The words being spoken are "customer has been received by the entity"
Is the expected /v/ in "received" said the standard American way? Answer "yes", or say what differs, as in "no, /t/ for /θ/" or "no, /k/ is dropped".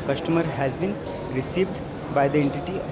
yes